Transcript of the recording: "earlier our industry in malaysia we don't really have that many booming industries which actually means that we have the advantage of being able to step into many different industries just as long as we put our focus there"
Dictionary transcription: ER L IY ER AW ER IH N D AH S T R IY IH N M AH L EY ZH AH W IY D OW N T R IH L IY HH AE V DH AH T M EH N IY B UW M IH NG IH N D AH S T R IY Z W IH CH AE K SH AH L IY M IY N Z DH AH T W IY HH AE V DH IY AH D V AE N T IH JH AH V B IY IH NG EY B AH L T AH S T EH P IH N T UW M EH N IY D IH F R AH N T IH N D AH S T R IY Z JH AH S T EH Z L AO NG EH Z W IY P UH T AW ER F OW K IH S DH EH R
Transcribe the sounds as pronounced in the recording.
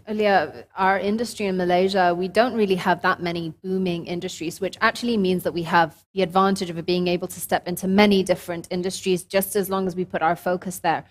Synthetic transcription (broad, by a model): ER L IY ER AW ER IH N D AH S T R IY IH N M AH L EY ZH AH W IY D OW N T R IH L IY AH V DH AH T M EH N IY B UW M IH NG IH N D AH S T R IY Z W IH CH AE K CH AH L IY M IY N Z DH AH T W IY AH V DH IY AH D V AE N T IH JH AH V B IY IH NG EY B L T AH S T EH P IH N T UW M EH N IY D IH F R AH N T IH N D AH S T R IY Z JH AH S T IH Z L AO NG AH Z W IY P UH T AW ER F OW K IH S DH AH R